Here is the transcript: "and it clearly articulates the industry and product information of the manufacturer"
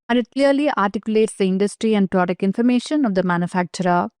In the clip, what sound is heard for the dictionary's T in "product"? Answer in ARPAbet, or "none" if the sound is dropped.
none